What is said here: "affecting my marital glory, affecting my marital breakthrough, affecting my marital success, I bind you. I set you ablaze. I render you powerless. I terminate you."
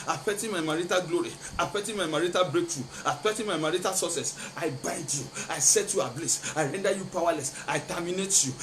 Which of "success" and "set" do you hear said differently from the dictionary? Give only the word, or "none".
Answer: success